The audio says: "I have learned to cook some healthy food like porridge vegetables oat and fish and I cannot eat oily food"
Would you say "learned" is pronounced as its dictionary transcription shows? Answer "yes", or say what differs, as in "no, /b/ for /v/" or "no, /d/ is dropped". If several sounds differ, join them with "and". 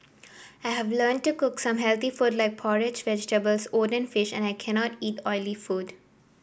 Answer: yes